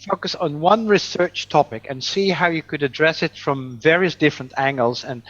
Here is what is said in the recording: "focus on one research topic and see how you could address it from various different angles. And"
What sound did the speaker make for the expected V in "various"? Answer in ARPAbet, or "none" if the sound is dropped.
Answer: V